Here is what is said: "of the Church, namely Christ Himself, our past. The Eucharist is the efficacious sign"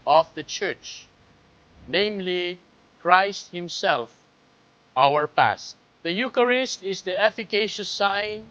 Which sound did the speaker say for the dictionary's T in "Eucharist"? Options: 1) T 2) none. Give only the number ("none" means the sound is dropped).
1